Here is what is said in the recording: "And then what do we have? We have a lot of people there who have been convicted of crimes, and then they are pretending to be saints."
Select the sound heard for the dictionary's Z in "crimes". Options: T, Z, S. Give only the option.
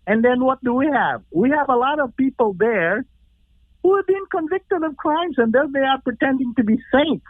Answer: Z